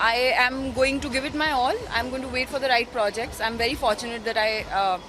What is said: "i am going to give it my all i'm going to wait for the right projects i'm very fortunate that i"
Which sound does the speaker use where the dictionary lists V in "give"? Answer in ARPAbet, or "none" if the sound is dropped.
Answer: V